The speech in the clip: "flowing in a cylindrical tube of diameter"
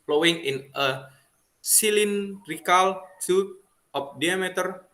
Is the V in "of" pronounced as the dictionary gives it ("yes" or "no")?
no